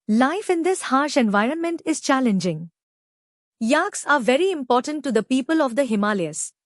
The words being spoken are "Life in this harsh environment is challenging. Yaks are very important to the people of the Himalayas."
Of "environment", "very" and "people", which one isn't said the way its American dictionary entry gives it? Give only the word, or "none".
none